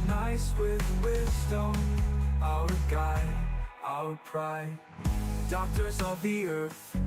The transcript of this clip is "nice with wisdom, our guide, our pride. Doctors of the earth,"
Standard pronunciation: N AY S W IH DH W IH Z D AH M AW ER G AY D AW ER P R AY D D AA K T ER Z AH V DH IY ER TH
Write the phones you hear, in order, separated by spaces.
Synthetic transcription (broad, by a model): N AY S W IH DH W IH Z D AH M AW ER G AY AW ER P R AY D D AA K T ER Z AH V DH IY ER TH